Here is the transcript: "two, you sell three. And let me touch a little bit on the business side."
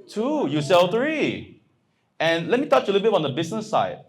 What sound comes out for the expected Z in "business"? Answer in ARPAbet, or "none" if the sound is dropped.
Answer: S